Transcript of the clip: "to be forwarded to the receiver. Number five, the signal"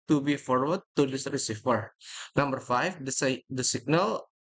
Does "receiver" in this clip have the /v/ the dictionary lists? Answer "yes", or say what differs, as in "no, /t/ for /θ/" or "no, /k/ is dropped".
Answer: no, /f/ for /v/